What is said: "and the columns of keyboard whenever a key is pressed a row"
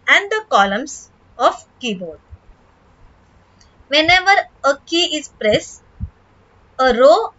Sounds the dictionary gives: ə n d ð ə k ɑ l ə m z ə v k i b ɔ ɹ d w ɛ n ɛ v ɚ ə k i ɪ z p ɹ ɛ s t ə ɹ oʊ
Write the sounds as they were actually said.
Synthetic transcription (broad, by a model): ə n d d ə k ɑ l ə m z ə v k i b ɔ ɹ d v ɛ n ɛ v ɚ ə k i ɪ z p ɹ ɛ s ə ɹ oʊ